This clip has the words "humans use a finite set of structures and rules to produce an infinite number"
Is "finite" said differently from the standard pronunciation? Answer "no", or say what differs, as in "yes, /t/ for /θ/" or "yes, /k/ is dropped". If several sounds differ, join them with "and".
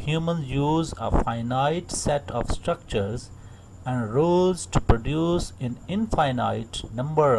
no